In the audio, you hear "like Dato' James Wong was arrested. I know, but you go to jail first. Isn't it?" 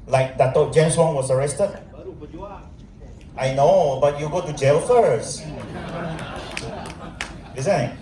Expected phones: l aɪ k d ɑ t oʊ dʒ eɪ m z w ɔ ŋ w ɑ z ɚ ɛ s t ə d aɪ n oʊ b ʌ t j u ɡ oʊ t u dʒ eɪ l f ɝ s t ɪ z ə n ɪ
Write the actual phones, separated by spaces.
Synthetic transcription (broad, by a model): l aɪ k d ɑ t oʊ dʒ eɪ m s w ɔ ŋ w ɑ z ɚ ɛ s t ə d aɪ n oʊ b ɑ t j u ɡ oʊ t u dʒ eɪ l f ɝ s ɪ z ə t